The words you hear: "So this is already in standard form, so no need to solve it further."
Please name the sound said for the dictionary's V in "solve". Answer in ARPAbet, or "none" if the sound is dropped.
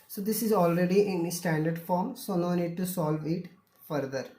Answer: V